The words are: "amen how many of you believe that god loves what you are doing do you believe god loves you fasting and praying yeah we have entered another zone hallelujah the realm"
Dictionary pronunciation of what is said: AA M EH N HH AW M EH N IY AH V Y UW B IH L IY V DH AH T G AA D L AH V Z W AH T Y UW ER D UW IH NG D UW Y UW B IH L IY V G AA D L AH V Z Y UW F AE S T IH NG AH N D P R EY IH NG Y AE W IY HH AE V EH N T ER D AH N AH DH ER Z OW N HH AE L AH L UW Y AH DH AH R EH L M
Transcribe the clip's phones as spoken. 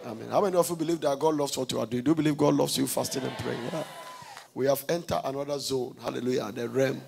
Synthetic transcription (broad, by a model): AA M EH N HH AW M EH N IY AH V Y UW B IH L IY V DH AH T G AA D L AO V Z W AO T Y UW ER D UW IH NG D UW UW B IH L IY V G AA D L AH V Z Y UW F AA S T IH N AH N P R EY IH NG W IY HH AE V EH N T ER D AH N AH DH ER Z OW N HH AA L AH L UW Y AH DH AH R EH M